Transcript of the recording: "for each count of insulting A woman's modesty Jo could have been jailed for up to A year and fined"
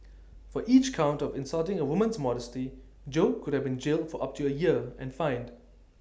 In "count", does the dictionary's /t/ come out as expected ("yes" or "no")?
yes